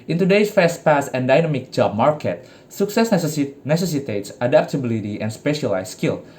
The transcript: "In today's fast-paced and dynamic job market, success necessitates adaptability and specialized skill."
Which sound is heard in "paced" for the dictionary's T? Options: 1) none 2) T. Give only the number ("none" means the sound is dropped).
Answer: 1